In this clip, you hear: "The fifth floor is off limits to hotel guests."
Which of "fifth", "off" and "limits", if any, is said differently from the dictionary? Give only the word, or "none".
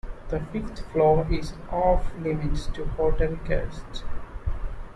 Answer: fifth